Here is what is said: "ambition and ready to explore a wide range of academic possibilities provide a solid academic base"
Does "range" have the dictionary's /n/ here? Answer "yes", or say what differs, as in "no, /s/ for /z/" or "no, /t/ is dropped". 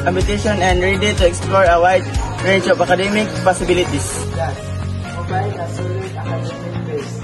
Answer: no, /n/ is dropped